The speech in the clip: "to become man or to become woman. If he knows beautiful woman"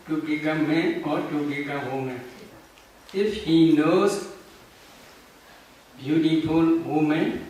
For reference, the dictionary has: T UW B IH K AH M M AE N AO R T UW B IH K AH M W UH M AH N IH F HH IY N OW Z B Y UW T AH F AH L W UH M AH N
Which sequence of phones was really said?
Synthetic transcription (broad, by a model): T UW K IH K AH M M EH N AO R T UW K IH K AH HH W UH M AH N IH F HH IY N OW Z B Y UW T AH F AH L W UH M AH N